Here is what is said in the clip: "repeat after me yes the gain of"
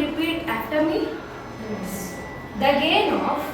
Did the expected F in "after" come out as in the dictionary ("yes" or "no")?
no